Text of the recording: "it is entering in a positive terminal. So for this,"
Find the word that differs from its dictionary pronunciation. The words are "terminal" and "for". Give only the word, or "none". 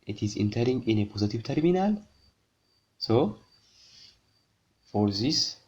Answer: none